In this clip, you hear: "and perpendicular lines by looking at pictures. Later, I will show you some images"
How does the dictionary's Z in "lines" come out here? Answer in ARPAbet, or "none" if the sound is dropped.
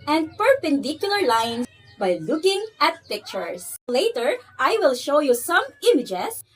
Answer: none